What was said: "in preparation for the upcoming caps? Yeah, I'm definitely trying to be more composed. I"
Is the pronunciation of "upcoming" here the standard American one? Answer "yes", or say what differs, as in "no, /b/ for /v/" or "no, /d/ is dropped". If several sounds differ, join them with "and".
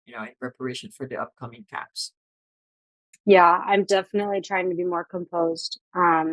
yes